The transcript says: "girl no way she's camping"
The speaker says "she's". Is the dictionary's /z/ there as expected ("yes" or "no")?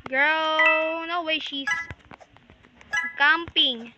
no